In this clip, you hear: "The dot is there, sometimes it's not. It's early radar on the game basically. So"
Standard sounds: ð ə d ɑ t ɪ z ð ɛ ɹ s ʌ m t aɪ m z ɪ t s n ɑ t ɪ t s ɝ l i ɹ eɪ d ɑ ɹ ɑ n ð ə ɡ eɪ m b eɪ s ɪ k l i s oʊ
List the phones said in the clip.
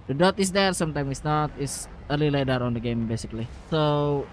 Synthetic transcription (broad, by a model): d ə d ɑ t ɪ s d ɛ ɹ s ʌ m t aɪ m ɪ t s n ɑ t ɪ t s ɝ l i l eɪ d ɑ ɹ ɑ n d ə ɡ eɪ m b eɪ s ɪ k l i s oʊ